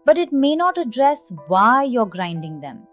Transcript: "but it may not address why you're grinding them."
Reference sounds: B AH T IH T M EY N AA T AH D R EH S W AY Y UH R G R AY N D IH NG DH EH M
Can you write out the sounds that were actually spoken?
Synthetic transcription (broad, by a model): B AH T IH T M EY N AA T AH D R EH S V AY Y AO R G R AY N D IH NG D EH M